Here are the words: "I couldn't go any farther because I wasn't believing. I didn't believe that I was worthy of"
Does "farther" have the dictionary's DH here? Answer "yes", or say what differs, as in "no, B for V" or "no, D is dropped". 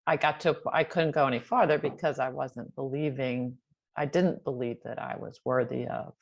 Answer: yes